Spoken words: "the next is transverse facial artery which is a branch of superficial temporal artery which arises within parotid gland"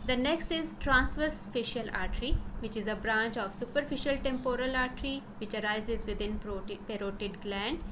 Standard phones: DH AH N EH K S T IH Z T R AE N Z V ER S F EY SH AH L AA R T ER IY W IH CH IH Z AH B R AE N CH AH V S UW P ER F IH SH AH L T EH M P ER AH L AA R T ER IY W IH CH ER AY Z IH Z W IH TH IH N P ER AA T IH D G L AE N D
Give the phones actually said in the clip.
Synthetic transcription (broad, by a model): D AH N EH K S T IH Z T R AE N S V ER S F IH SH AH L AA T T IY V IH CH IH Z AH B R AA N CH AH V S UW P ER F IH SH AH L T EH M P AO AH L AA R T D IY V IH CH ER AY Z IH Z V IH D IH N P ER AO T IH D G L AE N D